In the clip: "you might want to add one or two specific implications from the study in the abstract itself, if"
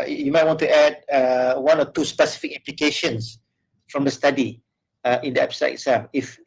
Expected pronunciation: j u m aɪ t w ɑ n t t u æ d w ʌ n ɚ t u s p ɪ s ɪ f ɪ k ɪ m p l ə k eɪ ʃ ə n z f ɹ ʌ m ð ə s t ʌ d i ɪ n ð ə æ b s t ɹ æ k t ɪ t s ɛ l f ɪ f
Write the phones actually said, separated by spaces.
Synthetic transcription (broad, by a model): j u m aɪ t w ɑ n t t u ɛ d w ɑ n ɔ t u s p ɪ s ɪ f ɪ k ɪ m p l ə k eɪ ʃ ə n s f ɹ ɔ m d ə s t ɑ d i ɪ n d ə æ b s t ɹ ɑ t ɪ t s ɛ l f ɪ f